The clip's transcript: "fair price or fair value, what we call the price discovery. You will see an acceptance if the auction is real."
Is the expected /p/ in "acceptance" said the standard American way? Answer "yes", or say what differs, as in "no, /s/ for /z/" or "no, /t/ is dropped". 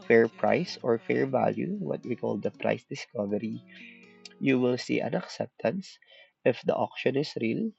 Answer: yes